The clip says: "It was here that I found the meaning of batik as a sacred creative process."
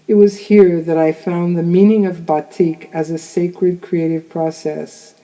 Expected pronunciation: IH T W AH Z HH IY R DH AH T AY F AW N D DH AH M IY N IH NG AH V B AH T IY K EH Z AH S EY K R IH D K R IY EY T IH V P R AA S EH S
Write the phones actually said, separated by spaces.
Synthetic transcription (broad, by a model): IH T W AH Z HH IY R DH AH T AY F AW N DH AH M IY N IH NG AH V B AH T IY K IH Z AH S EY K R IH D K R IY EY T IH V P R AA S EH S